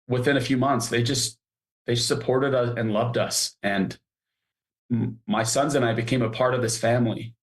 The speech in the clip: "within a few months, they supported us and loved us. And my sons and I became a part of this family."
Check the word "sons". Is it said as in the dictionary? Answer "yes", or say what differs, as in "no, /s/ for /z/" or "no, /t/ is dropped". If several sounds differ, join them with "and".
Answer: yes